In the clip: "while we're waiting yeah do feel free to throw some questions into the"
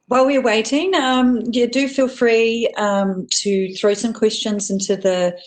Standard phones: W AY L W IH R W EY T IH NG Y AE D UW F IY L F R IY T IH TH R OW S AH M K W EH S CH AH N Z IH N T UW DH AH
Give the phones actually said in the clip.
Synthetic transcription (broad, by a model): W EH L W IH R W EY T IH NG Y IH D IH F IY L F R IY T IH TH R OW S AH M K W EH S CH AH N Z IH N T UW DH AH